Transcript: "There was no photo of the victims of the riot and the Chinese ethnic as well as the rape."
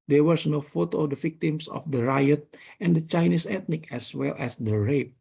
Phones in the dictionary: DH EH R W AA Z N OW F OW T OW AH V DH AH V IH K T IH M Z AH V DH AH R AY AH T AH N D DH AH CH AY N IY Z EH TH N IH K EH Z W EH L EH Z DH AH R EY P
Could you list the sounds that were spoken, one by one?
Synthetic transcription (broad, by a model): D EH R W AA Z N OW F OW T OW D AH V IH K T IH M S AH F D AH R AY AH T AH N D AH CH AY N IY S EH T N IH K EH S W EH L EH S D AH R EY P